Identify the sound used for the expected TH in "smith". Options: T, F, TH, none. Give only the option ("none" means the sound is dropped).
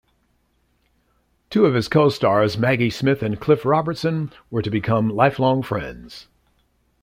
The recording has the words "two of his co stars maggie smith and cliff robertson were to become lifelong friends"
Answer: TH